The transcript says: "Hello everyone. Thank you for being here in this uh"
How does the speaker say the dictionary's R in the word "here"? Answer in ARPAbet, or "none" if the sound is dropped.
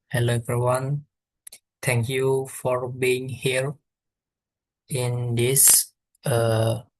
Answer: R